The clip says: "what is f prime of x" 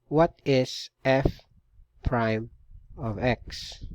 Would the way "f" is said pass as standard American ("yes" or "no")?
yes